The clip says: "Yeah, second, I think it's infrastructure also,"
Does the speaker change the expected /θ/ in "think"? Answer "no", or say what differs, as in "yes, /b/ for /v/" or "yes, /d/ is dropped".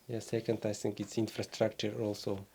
yes, /s/ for /θ/